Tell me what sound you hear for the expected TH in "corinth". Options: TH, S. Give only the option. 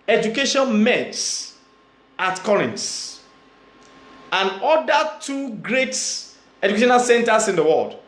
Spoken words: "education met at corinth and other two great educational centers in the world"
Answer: S